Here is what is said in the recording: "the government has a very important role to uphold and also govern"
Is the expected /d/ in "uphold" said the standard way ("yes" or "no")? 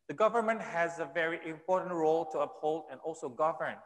yes